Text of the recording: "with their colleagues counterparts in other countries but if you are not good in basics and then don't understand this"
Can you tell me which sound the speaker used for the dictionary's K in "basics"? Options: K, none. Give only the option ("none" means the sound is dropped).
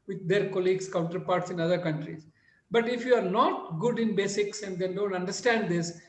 K